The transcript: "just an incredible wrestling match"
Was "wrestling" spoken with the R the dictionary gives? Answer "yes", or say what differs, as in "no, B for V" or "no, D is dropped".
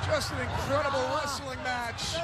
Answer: no, L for R